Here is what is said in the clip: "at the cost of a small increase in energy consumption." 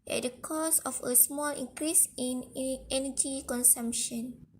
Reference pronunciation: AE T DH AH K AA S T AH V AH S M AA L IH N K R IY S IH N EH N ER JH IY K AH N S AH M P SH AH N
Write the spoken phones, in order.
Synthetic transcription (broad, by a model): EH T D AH K AA S AH F AH S M AA L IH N K R IY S IH N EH N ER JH IY K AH N S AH M P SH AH N